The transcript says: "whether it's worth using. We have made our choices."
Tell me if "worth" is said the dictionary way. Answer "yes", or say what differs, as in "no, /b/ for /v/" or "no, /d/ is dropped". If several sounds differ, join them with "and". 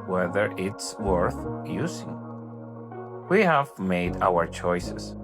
yes